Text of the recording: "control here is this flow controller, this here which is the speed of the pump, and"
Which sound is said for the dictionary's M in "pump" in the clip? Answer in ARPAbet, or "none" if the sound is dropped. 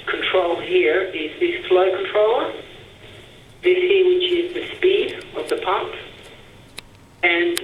none